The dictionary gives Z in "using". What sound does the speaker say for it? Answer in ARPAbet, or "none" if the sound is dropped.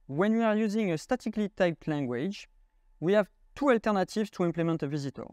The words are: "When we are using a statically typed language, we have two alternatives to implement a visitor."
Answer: Z